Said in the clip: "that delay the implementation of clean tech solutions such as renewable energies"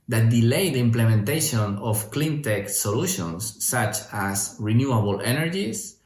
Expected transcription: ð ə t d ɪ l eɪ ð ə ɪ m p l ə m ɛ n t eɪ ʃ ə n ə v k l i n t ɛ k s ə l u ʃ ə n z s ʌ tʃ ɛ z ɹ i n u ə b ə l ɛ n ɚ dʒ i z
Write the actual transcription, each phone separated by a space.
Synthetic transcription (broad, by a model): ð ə t d ɪ l eɪ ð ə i m p l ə m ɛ n t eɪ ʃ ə n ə f k l i n t ɛ k s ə l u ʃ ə n s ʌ tʃ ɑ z ɹ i n u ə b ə l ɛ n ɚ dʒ i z